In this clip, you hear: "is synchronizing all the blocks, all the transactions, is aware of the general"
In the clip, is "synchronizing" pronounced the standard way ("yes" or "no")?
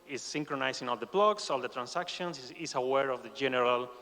no